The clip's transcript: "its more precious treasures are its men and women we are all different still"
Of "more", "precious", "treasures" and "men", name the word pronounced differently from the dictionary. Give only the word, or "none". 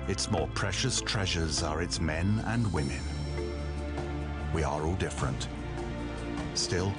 none